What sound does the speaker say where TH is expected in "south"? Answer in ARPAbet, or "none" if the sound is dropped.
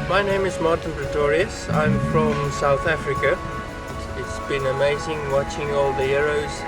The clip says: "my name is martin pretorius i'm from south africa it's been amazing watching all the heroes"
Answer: TH